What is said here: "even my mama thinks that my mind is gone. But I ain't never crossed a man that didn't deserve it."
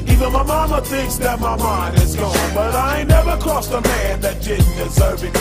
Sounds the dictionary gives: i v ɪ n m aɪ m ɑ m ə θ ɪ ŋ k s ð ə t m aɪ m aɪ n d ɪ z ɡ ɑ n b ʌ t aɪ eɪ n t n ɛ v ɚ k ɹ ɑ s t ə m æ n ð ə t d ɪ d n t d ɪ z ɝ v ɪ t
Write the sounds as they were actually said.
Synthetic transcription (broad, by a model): i v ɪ n m aɪ m ɑ m ə θ ɪ ŋ k s ð ə t m aɪ m aɪ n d ɪ z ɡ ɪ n b ʌ t aɪ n n ɛ v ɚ k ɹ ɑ s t ə m æ n ð ə t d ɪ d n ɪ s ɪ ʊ b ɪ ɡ